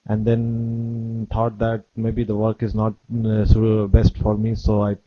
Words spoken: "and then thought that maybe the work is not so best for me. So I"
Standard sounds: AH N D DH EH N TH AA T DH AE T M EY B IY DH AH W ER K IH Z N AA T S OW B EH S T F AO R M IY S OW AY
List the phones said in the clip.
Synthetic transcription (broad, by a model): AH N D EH N T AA T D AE T M EY B IY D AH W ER K IH Z N AA T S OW B EH S T F AO R M IY S OW AY